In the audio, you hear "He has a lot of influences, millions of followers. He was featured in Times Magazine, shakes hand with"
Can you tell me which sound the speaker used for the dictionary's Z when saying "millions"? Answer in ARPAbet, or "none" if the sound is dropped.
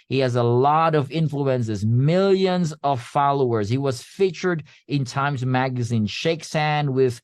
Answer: Z